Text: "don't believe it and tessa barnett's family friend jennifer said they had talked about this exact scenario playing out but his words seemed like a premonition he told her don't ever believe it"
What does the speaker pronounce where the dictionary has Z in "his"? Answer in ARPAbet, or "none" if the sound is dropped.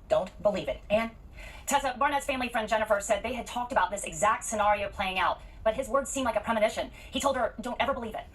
Z